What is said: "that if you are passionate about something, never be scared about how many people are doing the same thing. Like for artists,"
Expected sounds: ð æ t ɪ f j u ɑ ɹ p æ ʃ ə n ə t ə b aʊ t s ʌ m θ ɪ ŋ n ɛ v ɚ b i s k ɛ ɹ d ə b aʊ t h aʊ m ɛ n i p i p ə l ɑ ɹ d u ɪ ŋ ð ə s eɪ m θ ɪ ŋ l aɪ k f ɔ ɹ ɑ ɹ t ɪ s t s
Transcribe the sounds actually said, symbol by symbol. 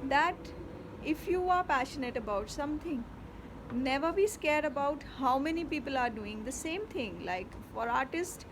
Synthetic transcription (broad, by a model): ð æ t ɪ f j u ɑ ɹ p æ ʃ ə n ə t ə b aʊ t s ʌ m t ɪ ŋ n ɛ v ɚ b i s k ɛ ɹ d ə b aʊ t h aʊ m ɛ n i p i p ə l ɑ ɹ d u ɪ ŋ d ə s eɪ m t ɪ ŋ l aɪ k f ɔ ɹ ɑ ɹ t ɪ s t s